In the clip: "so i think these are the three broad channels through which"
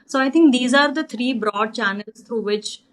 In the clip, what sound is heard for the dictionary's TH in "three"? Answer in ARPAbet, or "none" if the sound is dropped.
T